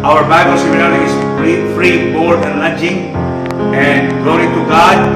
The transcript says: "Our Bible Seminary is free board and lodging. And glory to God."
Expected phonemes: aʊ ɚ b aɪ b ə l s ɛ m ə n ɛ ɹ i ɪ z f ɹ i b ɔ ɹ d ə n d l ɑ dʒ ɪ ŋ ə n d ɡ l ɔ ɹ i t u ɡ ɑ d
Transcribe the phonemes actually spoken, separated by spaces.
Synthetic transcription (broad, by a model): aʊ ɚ b aɪ b ə l s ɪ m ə l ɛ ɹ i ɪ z f ɹ i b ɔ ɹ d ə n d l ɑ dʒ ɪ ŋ ə n d ɡ l ɔ ɹ i t u ɡ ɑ d